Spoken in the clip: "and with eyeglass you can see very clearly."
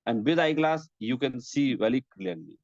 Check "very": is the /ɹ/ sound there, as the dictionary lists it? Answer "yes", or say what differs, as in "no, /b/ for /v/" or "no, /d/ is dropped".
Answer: no, /l/ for /ɹ/